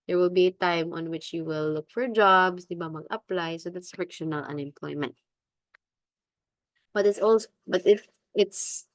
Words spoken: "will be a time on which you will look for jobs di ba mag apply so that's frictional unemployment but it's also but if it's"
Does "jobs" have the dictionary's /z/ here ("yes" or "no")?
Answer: no